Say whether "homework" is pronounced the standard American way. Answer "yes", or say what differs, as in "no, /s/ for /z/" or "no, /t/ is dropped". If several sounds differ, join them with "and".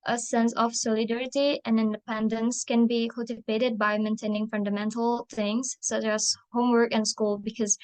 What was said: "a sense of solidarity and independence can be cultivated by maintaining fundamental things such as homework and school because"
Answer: yes